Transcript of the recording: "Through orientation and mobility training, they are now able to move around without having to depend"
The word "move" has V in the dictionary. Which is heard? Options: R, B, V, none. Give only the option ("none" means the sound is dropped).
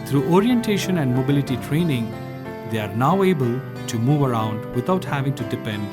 V